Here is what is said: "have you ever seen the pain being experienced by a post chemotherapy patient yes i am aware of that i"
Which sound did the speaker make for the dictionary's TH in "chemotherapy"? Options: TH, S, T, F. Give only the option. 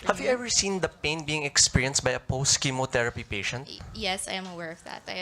T